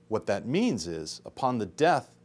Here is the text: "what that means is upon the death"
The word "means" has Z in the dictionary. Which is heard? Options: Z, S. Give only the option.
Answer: Z